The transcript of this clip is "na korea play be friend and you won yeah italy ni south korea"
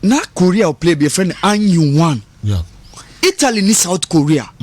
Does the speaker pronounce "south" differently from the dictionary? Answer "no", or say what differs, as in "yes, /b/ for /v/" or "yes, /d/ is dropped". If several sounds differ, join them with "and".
yes, /t/ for /θ/